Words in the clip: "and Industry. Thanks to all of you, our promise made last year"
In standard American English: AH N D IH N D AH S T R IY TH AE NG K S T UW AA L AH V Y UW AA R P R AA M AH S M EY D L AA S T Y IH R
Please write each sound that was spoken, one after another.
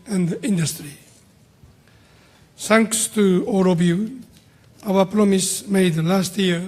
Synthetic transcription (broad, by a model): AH N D IH N D AH S T R IY S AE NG K S T UW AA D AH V Y UW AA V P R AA M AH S M EY D L AA S T Y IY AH